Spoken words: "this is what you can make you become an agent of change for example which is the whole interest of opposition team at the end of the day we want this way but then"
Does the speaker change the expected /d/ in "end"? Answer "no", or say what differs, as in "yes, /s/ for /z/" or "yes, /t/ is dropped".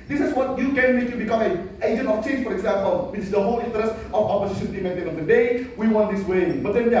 yes, /d/ is dropped